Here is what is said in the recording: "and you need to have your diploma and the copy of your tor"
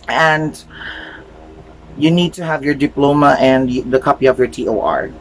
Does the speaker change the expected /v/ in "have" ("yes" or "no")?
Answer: no